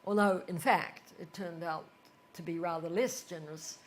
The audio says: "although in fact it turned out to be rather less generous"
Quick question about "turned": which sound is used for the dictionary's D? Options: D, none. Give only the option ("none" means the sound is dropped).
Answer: D